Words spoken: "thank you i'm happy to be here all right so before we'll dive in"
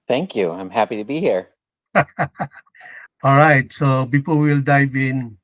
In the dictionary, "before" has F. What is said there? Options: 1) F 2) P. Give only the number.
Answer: 2